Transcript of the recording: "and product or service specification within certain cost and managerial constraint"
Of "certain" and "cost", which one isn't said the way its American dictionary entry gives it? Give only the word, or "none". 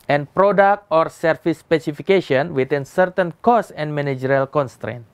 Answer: cost